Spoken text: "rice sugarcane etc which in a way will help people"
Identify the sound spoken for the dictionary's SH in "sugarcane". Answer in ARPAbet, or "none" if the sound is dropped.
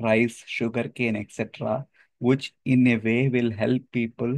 SH